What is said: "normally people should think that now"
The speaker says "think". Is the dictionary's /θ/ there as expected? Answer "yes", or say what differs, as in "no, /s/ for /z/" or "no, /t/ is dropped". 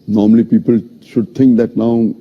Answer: no, /t/ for /θ/